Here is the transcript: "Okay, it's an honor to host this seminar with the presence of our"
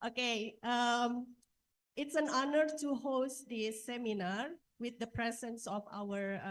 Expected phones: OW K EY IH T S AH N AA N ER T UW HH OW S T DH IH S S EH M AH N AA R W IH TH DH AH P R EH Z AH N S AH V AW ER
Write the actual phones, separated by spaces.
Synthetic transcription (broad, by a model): OW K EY IH T S AH N AA N ER T UW HH OW S T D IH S S EH M AH N AA R W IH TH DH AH P R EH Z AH N S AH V AW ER